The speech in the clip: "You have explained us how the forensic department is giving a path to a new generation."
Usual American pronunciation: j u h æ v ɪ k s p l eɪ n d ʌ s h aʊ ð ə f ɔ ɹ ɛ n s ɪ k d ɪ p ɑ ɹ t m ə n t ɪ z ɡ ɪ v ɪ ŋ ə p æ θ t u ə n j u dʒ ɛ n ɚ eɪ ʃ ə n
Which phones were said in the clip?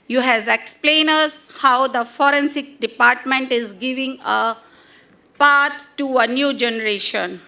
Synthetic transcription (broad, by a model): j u h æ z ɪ k s p l eɪ n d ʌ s h aʊ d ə f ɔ ɹ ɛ n s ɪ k d ɪ p ɑ ɹ t m ə n t ɪ z ɡ ɪ v ɪ ŋ ə p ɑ t t u ə n j u dʒ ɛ n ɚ eɪ ʃ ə n